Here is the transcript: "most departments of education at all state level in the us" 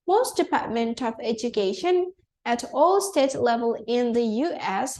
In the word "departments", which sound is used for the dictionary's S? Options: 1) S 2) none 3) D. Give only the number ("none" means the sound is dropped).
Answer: 2